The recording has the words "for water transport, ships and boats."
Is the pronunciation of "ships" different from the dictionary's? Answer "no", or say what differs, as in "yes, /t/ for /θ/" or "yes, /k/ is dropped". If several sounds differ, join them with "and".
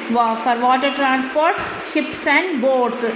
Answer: no